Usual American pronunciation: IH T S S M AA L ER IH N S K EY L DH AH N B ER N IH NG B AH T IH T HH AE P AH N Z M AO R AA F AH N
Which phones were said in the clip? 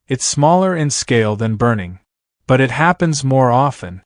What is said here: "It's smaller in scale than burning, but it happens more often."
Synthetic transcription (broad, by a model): IH T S S M AA L ER IH N S K EY L DH AH N B ER N IH NG B AH T IH T HH AE P AH N Z M AO R AA F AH N